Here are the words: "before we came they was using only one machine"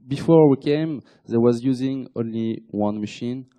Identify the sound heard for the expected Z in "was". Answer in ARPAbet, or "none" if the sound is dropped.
Z